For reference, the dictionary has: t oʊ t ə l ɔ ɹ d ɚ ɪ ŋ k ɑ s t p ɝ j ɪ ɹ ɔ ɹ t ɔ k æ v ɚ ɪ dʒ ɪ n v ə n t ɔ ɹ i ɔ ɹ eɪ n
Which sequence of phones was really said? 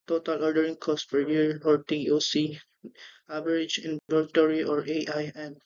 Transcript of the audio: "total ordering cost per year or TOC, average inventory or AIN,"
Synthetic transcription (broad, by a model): t oʊ t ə l ɔ ɹ d ɚ ɪ ŋ k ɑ s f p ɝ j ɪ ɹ ɔ ɹ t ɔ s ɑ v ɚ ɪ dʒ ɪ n b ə t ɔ ɹ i ɔ ɹ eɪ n